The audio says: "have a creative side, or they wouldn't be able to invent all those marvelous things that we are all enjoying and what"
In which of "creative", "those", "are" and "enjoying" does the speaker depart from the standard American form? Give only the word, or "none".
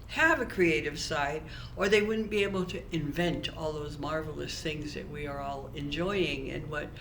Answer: none